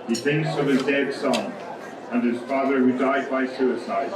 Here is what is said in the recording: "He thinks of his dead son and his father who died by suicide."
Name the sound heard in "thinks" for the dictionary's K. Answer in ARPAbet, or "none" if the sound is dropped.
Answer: K